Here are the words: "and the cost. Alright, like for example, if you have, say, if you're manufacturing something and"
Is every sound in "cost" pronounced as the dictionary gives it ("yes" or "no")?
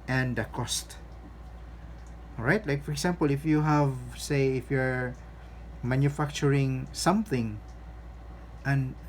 yes